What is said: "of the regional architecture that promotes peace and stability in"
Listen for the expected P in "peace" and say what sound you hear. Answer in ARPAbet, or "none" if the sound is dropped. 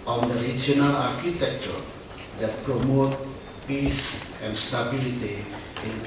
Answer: P